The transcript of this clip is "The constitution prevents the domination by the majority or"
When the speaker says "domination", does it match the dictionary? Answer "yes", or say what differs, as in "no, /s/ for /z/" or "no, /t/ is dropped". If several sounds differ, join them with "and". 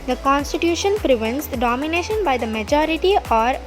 yes